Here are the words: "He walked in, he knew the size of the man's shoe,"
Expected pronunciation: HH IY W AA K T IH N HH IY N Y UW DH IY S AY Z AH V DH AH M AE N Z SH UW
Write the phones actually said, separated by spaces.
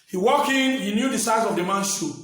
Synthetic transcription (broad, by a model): HH IY W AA K IH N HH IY N Y UW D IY S AY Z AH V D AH M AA N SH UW